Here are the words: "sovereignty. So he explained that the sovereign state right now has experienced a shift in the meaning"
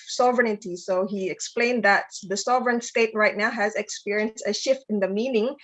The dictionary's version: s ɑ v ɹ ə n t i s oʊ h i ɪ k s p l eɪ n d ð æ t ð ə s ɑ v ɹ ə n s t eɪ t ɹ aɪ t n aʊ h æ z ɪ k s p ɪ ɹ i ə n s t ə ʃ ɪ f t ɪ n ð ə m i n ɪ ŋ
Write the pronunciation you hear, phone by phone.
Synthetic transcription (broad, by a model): s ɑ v ɹ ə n t i s oʊ h i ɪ k s p l eɪ n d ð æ t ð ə s ɑ v ɹ ə n s t eɪ t ɹ aɪ t n aʊ h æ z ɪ k s p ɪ ɹ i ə n s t ə ʃ ɪ f t ɪ n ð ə m i n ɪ ŋ